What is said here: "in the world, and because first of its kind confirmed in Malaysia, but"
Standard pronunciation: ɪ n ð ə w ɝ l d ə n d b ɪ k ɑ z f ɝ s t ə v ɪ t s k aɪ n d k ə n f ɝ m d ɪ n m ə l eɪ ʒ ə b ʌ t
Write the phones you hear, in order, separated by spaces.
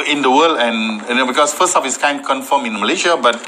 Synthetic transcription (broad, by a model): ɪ n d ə w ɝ l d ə n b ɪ k ɑ s f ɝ s t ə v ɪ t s k aɪ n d k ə n f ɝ m ɪ n m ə l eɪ ʃ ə b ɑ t